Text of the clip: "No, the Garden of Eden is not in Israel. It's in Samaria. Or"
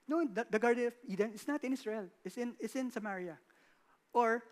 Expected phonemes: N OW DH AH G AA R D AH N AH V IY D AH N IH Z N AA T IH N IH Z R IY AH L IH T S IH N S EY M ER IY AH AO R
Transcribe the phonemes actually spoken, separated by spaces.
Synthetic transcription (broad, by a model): N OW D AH G AA R D AH N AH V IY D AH N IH S N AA T IH N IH S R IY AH N IH T S IH N S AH M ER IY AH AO R